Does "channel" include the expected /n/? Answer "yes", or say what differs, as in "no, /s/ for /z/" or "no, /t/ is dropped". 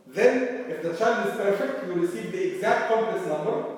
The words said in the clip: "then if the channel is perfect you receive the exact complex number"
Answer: no, /n/ is dropped